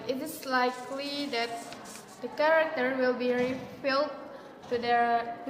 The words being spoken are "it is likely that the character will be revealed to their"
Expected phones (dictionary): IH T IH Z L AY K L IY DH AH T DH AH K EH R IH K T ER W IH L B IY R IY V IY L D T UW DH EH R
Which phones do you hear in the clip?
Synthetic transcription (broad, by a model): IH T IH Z L AY K L IY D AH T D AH K EH R IH K T ER W IH L B IY R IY F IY L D T UW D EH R